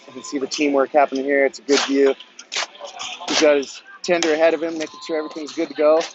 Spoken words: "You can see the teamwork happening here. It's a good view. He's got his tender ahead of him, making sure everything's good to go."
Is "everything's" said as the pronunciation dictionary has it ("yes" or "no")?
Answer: yes